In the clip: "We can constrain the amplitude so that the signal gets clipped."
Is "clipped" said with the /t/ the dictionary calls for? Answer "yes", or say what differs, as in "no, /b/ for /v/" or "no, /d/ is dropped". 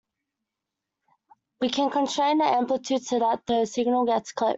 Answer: no, /t/ is dropped